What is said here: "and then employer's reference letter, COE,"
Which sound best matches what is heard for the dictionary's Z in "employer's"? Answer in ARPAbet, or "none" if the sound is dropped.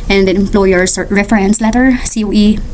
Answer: S